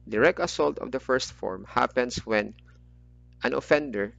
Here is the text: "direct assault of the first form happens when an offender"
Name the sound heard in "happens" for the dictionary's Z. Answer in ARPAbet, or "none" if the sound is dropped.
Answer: S